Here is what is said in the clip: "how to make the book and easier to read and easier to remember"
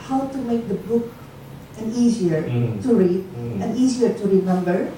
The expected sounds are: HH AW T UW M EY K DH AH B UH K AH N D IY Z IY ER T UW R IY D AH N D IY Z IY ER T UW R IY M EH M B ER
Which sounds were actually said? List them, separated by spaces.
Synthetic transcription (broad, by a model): HH AW T UW M EY K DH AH B UH K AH N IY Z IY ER T UW R IY D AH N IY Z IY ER T UW R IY M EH M B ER